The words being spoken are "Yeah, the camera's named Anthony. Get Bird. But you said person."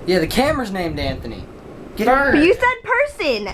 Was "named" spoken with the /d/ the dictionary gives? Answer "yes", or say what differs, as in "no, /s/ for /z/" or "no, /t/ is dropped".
yes